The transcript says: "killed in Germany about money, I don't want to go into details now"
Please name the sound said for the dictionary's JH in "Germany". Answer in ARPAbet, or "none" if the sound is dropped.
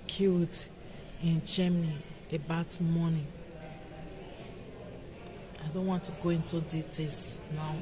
CH